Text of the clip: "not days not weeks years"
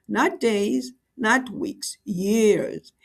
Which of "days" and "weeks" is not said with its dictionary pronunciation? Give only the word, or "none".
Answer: none